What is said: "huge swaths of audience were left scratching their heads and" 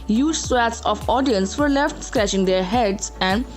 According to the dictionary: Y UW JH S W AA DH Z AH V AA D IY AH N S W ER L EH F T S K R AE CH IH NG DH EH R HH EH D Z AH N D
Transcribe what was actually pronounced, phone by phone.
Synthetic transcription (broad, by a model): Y UW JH S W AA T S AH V AA D IY AH N S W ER L EH F T S K R AE CH IH NG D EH R HH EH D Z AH N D